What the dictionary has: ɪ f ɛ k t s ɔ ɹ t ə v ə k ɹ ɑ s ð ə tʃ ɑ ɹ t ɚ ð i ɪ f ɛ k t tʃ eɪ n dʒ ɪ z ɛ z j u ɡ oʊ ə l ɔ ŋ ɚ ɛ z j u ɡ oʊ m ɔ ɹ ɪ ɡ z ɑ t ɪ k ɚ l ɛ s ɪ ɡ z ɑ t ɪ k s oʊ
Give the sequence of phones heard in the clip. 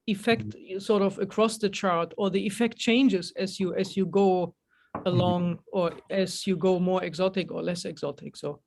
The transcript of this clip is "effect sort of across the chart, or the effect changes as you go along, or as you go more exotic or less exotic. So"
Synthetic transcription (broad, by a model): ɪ f ɛ k t s ɔ ɹ t ə v ə k ɹ ɑ s ð ə tʃ ɑ ɹ t ɚ ð i ɪ f ɛ k t tʃ eɪ n dʒ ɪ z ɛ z j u ɡ oʊ ə l ɔ ŋ ɚ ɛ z j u ɡ oʊ m ɔ ɹ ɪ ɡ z ɑ t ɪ k ɚ l ɛ s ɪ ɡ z ɑ t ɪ k s oʊ